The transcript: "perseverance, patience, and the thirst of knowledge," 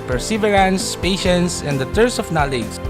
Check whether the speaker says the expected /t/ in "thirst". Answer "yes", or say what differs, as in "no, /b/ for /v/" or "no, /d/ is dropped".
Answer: no, /t/ is dropped